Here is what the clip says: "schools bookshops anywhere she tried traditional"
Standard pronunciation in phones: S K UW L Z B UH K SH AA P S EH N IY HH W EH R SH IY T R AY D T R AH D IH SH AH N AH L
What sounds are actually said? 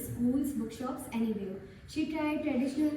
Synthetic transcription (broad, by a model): S K UW L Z B UH K SH AA P S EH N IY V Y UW SH IY T R AY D T R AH D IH SH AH N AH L